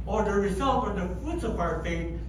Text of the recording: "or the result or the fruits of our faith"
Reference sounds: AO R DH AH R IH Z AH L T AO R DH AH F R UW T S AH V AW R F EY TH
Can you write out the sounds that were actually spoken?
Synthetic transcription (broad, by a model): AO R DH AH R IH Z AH L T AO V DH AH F UW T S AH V AW R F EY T